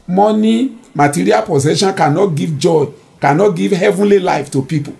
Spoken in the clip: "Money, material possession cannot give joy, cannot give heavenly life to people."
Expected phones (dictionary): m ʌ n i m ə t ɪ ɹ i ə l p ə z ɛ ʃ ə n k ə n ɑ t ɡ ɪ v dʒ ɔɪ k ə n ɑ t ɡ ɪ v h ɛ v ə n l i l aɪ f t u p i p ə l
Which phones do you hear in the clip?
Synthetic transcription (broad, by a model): m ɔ n i m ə t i ɹ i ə l p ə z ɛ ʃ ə n k ə n ɑ t ɡ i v dʒ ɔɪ k ə n ɑ t ɡ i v h ɛ v ə n l i l aɪ f t u p i p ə